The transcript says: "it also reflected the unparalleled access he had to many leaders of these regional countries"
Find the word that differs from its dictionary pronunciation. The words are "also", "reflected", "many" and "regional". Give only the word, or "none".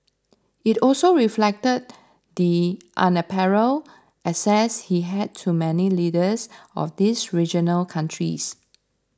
none